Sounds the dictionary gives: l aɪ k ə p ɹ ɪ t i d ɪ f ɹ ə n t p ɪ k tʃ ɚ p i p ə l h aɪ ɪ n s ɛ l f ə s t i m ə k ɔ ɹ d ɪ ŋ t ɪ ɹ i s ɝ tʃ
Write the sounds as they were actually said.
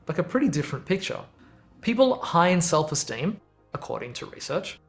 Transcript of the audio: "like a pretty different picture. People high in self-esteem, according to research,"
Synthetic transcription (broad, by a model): l aɪ k ə p ɹ ɪ t i d ɪ f ɹ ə n p ɪ k tʃ ɚ p i p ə l h aɪ ɪ n s ɛ l f ə s t i m ə k ɔ ɹ d ɪ ŋ t ɪ ɹ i s ɝ tʃ